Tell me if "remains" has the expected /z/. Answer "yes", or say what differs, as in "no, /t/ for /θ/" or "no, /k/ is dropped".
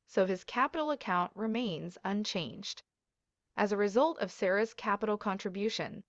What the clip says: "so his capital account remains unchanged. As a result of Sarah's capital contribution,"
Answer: yes